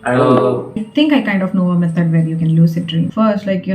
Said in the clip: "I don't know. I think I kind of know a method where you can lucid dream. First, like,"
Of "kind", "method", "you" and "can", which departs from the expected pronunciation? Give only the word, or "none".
method